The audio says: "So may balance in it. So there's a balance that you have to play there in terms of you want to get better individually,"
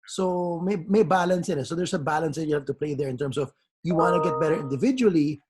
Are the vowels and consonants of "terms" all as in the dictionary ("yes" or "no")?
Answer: no